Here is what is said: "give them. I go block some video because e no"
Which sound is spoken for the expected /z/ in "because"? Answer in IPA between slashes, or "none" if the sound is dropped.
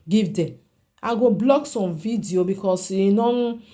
/s/